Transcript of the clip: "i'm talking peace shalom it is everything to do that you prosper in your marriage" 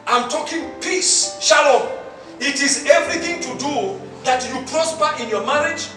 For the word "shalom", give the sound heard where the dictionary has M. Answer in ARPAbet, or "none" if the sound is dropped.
none